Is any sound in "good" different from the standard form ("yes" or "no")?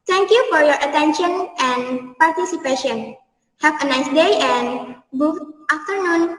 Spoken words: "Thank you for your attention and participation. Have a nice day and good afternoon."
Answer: yes